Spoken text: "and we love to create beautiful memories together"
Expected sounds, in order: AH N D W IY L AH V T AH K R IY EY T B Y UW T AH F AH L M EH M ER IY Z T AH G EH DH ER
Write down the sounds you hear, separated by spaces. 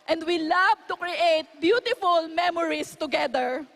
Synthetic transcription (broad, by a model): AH N D W IY L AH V T AH K R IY EY T B Y UW T AH F AH L M EH M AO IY S T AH G EH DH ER